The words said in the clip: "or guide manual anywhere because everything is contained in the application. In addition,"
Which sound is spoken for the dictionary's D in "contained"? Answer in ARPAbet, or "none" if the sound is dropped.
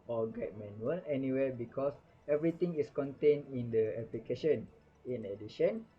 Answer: none